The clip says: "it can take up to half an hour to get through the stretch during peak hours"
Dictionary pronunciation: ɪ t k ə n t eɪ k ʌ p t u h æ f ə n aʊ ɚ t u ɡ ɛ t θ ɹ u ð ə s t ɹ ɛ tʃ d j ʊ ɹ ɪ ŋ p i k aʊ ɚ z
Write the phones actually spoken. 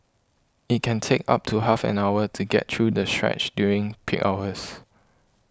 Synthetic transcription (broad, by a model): ɪ t k ə n t eɪ k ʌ p t u h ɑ f ə n aʊ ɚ t u ɡ ɛ t ɹ u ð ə s t ɹ ɛ tʃ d j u ɹ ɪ ŋ p i k aʊ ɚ s